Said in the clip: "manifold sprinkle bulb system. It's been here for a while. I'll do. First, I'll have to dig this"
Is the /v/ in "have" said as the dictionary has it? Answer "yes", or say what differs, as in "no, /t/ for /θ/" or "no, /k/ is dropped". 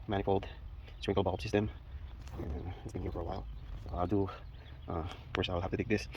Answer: no, /f/ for /v/